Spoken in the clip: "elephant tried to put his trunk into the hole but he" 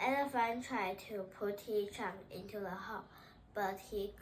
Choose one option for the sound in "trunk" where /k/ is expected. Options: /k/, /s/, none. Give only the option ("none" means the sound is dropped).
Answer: none